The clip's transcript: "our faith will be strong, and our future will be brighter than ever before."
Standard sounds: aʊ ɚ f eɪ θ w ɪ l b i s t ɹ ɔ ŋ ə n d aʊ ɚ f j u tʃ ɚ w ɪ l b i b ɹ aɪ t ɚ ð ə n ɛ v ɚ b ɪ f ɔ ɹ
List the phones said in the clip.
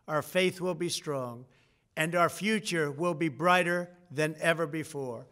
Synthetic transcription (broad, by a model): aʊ ɚ f eɪ θ w ɪ l b i s t ɹ ɔ ŋ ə n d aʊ ɚ f j u tʃ ɚ w ɪ l b i b ɹ aɪ t ɚ ð ə n ɛ v ɚ b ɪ f ɔ ɹ